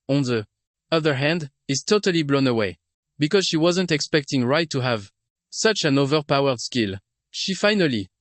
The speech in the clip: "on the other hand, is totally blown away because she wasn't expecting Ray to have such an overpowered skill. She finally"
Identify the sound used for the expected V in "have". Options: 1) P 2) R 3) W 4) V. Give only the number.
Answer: 4